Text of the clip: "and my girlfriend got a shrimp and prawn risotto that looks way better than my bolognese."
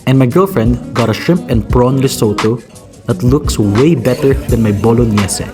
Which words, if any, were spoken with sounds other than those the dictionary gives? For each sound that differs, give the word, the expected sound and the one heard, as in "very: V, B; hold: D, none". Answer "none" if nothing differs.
shrimp: R, none; risotto: R, L